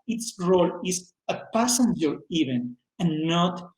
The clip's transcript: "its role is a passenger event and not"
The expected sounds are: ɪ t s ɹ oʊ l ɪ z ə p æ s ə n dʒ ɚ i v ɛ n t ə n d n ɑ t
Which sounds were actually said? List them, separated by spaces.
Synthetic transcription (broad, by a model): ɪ t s ɹ oʊ l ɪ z ə p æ s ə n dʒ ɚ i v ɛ n ə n n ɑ t